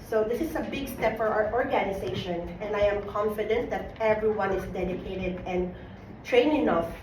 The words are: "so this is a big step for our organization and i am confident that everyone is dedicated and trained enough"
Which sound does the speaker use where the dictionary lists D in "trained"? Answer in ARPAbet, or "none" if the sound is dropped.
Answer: none